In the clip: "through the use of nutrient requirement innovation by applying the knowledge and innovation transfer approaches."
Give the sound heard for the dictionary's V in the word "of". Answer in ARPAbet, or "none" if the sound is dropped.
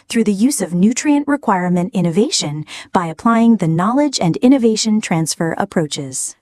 V